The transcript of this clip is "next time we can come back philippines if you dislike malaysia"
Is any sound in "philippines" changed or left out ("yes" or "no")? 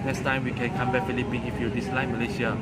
yes